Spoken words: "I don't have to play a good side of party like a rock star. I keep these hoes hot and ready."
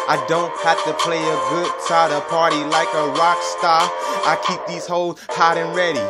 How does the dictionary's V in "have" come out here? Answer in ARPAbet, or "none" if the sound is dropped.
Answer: F